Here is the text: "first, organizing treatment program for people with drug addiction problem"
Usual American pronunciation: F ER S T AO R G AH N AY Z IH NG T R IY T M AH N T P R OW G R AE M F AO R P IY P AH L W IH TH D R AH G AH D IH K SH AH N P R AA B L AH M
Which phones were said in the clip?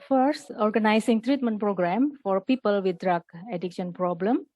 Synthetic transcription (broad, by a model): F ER S T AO R G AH N AY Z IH NG T R IY T M AH N T P R OW G R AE M F AO R P IY P AH L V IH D R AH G AH D IH K SH AH N P R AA B L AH M